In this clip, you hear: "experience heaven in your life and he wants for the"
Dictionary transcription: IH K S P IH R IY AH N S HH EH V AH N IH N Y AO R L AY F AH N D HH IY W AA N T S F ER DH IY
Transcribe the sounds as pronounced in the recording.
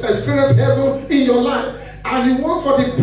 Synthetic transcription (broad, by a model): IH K S P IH R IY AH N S HH EH V AH N IH N Y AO L AY F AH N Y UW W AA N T F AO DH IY